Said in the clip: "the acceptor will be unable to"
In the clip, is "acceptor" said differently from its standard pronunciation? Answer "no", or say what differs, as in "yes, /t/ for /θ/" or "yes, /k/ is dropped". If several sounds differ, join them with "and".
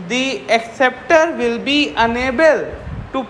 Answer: no